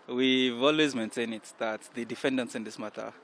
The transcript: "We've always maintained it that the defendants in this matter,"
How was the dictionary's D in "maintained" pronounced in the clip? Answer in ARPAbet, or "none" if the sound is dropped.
none